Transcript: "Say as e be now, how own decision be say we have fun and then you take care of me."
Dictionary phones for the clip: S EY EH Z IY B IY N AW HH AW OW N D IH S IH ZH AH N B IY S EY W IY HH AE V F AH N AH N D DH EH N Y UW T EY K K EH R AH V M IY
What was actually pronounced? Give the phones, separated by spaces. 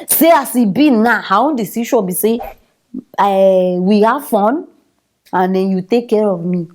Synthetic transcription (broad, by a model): S EY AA S IY B IY N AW HH AW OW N D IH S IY SH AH B IY S EY W IY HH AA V F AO N AH N D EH N Y UW T EY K K EH R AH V M IY